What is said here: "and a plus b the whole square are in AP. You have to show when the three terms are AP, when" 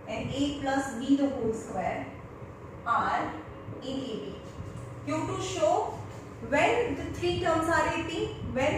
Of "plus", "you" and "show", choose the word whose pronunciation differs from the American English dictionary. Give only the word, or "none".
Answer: none